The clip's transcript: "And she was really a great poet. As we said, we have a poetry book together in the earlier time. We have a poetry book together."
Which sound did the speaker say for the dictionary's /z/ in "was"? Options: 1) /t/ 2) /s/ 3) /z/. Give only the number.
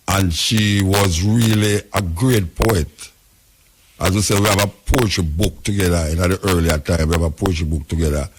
3